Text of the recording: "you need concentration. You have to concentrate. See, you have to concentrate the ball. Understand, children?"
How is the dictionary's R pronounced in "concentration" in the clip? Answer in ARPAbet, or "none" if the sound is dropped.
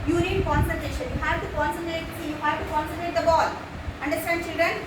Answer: none